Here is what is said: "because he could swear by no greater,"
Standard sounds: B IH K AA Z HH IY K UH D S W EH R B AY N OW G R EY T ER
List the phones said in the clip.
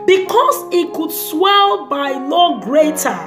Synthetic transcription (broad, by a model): B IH K AA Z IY K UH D S W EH L B AY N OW G R EY T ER